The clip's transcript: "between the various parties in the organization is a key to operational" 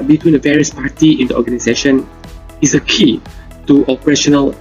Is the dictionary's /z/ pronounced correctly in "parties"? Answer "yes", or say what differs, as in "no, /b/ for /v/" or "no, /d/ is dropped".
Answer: no, /z/ is dropped